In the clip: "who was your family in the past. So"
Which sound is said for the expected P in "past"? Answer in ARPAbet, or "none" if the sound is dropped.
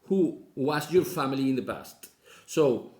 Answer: B